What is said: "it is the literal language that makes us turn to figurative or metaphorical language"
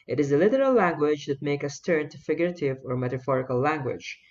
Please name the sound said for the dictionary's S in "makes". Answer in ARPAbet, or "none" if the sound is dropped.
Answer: none